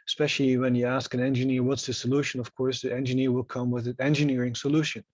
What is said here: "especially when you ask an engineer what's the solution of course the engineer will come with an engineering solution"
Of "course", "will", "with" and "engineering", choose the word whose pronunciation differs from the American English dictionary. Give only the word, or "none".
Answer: none